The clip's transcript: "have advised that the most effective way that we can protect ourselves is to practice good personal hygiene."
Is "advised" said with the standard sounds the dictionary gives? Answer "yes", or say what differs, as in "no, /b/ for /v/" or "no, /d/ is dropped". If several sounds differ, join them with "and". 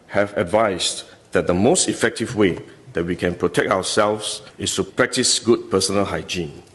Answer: no, /s/ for /z/